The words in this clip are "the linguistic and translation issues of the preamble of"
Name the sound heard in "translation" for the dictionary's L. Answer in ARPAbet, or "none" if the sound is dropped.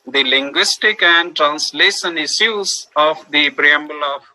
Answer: L